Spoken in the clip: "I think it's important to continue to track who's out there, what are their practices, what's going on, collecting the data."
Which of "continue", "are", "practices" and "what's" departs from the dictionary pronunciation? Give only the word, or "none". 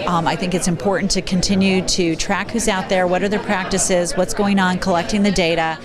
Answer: none